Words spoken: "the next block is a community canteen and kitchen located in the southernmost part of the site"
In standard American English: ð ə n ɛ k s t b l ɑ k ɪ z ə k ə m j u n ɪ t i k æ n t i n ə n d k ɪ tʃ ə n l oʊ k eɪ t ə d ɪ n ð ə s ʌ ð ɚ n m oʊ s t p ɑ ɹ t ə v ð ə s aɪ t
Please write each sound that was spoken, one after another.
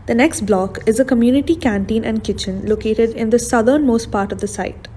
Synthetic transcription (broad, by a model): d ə n ɛ k s t b l ɑ k ɪ z ə k ə m j u n ɪ t i k æ n t i n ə n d k ɪ tʃ ə n l oʊ k eɪ t ə d ɪ n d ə s ʌ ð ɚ n m oʊ s t p ɑ ɹ t ə v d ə s aɪ t